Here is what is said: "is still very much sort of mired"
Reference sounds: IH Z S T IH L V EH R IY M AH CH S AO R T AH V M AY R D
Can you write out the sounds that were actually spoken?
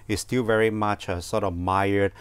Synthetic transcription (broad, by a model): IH S T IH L V EH R IY M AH CH S AO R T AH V M AY R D